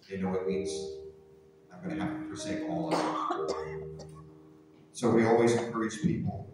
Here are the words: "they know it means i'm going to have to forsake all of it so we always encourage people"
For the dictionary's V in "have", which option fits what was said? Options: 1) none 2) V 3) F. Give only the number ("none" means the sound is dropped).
3